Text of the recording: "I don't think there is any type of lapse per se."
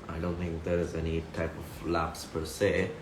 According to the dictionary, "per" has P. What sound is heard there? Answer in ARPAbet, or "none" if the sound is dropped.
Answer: P